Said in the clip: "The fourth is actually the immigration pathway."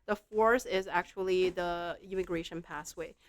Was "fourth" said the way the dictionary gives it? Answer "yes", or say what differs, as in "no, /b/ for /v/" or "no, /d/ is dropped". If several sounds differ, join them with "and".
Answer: no, /s/ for /θ/